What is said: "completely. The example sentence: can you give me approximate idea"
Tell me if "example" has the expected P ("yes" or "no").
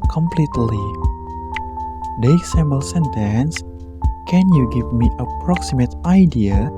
no